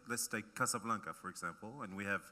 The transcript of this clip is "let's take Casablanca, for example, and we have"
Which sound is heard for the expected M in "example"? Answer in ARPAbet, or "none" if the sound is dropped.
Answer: M